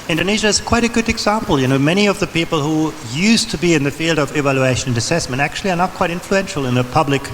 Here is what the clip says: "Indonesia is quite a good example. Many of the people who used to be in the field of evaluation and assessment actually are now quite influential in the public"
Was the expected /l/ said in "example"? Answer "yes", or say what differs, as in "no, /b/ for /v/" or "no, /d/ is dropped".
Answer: no, /n/ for /l/